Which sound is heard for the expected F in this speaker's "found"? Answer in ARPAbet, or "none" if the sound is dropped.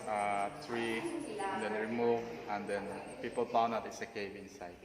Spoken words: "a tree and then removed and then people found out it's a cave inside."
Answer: P